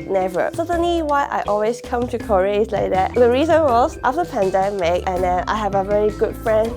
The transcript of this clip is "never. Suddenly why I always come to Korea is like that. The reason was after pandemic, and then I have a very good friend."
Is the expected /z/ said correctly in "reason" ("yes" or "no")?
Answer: yes